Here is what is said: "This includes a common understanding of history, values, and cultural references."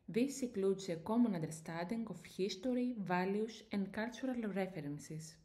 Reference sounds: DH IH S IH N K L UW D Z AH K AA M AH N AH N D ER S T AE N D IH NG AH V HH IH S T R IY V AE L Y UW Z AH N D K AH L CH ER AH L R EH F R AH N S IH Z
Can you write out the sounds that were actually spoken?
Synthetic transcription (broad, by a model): DH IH S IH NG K L UW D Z AH K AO M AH N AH N D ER S T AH N D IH NG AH F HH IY S T R IY V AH L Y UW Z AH N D K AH L CH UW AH L R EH F R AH N S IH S